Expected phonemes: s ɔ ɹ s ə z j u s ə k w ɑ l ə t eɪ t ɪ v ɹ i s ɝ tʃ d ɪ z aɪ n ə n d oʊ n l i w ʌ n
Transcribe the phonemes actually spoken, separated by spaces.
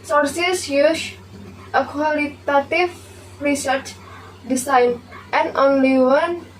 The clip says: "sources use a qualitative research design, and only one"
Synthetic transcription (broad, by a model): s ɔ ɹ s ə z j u ʃ ə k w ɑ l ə t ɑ t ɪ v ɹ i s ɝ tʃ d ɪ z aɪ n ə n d oʊ n l i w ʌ n